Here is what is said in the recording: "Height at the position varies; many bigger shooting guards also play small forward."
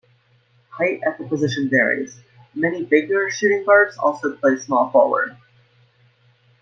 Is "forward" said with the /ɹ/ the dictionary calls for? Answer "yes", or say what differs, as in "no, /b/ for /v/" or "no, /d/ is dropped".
no, /l/ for /ɹ/